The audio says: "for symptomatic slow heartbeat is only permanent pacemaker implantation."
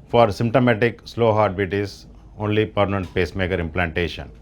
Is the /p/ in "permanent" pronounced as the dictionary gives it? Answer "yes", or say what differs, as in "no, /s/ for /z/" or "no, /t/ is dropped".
yes